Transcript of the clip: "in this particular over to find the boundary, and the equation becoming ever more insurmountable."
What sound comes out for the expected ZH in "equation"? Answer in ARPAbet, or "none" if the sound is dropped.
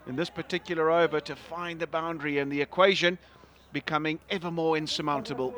ZH